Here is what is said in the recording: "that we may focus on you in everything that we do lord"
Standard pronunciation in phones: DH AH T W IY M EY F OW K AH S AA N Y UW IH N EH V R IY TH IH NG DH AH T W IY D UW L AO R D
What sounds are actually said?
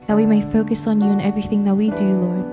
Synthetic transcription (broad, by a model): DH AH T W IY M EY F OW K AH S N Y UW IH N EH V R IY TH IH NG DH AH T W IY D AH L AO